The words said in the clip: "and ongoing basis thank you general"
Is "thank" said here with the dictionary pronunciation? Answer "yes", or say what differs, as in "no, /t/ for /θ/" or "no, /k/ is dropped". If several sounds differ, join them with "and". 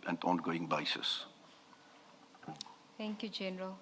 no, /t/ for /θ/